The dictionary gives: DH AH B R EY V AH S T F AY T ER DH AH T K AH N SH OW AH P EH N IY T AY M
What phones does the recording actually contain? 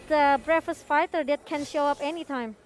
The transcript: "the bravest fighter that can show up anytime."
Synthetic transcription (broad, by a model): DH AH B R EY F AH S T F AY T ER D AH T K AH N SH OW AH P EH N IY T AY M